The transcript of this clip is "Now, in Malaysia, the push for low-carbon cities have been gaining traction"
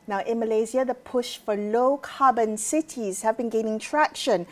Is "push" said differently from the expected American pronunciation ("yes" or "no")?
no